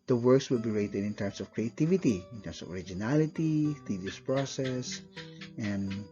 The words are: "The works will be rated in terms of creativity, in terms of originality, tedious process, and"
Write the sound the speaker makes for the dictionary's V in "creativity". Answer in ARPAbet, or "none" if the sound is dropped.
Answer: V